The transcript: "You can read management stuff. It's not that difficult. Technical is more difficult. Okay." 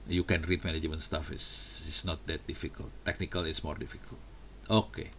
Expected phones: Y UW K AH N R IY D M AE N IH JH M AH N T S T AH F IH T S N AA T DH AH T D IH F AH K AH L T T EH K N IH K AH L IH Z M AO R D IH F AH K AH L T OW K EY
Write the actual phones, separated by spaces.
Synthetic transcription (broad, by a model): Y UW K AH N R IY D M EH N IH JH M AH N S T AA F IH S S N AA T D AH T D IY F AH K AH L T T EH K N IH K AH L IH S M AO R D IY F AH K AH L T OW K EY